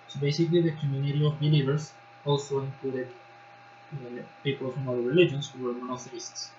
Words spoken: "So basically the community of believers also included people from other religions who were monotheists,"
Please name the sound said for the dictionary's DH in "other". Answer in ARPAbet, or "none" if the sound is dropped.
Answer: none